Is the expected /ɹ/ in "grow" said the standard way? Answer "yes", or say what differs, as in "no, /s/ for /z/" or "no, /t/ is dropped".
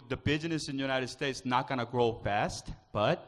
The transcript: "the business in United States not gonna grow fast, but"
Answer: yes